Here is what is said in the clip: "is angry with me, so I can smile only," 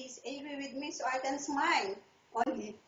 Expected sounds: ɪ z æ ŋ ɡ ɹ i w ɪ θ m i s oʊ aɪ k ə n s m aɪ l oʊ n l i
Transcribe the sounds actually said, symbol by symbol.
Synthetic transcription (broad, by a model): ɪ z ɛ ɡ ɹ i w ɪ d m i s oʊ aɪ k ə n s m aɪ l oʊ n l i